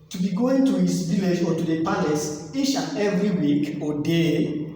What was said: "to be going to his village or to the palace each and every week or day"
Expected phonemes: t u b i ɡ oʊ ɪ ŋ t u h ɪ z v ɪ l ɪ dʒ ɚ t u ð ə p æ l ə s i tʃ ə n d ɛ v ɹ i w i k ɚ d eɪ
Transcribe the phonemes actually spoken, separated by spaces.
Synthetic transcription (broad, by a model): t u b i ɡ oʊ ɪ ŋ t u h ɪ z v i l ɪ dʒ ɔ t u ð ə p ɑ l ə s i ʃ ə ɛ v ɹ i w i k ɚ d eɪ